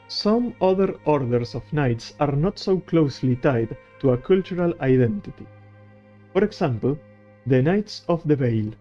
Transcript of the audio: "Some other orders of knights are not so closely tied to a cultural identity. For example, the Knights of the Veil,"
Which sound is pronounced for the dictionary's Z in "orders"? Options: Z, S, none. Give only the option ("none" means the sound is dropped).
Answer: S